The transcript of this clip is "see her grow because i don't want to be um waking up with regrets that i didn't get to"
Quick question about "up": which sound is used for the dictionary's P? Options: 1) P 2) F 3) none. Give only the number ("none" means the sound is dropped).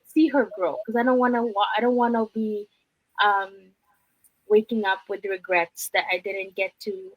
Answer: 1